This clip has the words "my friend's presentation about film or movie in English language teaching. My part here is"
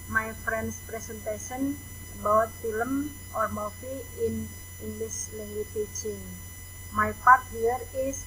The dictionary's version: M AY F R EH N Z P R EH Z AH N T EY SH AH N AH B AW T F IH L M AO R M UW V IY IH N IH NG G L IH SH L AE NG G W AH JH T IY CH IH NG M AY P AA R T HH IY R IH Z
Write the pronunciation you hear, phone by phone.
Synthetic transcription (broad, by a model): M AY F R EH N S P R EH S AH N T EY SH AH N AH B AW T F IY L M AO R M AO F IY IH N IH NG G L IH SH L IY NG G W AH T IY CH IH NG M AY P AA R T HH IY R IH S